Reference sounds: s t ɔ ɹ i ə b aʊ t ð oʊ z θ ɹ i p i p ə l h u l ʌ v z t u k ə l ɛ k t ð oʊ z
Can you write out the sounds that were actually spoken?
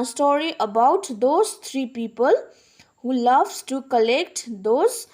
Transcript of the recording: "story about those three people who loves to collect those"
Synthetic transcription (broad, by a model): s t ɔ ɹ i ə b aʊ t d oʊ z t ɹ i p i p ə l h u l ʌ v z t u k ə l ɛ k t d oʊ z